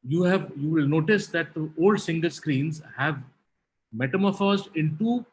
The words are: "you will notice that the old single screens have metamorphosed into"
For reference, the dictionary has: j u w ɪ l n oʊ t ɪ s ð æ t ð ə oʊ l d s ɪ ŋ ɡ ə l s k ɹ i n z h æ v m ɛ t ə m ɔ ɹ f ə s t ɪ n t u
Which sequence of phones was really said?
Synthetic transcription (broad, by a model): j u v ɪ l n oʊ t ɪ s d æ t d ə oʊ l d s ɪ ŋ ɡ ə l s k ɹ i n z h æ v m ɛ t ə m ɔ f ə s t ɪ n t u